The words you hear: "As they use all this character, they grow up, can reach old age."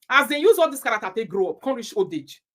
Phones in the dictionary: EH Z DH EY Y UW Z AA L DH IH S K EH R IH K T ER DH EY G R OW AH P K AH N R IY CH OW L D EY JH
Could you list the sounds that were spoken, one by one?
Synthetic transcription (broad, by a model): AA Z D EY Y UW Z AA L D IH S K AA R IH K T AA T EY G R OW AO P K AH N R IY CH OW D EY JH